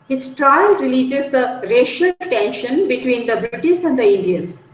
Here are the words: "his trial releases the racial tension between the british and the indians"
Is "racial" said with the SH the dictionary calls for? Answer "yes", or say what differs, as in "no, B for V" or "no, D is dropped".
yes